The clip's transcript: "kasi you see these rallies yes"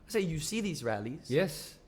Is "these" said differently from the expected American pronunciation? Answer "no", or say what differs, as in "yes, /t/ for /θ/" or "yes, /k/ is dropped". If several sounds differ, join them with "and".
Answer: no